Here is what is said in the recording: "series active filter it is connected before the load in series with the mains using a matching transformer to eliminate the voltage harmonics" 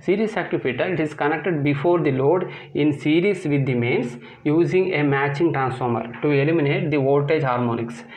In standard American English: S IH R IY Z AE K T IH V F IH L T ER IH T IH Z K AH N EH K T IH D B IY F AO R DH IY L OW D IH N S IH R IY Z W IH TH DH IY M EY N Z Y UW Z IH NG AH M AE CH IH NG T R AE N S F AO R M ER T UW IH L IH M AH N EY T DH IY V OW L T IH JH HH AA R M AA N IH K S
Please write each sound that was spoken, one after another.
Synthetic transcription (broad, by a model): S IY R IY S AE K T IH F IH T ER IH T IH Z K AH N EH K T IH D B IY F AO R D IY L OW D IH N S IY R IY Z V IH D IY M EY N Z Y UW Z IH NG AH M AE CH IH NG T R AE N S F AO R M ER T UW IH L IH M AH N EY T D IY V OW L T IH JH HH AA R M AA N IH K S